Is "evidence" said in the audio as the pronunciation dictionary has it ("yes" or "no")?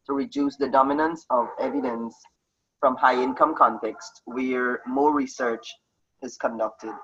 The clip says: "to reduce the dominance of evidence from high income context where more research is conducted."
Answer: yes